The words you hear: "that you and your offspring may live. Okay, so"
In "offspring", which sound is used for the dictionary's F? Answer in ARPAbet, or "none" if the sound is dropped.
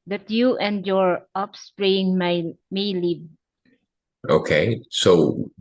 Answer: P